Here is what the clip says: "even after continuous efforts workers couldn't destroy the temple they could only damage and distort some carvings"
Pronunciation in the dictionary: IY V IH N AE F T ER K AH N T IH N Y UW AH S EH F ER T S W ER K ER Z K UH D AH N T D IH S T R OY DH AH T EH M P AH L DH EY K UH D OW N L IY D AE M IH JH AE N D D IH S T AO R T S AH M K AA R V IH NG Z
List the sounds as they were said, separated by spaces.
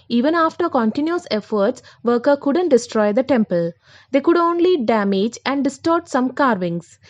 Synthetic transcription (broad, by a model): IY V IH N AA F T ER K AH N T IH N Y UW AH S EH F ER T S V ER K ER K UH D AH N T D IH S T R OY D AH T EH M P AH L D EY K UH D OW N L IY D AE M IH JH AE N D D IH S T AO R T S AH M K AA R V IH NG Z